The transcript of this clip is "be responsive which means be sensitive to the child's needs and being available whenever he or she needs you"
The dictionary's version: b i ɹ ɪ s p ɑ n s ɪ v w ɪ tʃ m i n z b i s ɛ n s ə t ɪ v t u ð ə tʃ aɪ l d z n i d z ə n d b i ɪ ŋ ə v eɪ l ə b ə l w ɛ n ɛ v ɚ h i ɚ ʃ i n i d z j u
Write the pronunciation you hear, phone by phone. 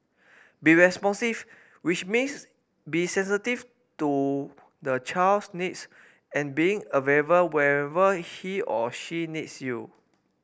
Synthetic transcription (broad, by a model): b i ɹ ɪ s p ɑ n s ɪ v w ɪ tʃ m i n s b i s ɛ n s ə t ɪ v t u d ə tʃ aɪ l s n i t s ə n b i ɪ ŋ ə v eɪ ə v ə w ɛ ɛ v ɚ h i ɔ ʃ i n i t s j u